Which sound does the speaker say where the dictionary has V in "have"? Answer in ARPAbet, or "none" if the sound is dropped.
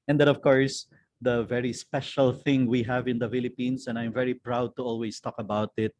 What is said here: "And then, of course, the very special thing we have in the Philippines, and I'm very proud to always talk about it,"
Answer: V